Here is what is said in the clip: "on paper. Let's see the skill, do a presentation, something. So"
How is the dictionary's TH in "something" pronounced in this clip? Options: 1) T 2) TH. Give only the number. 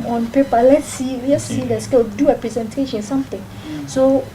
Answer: 1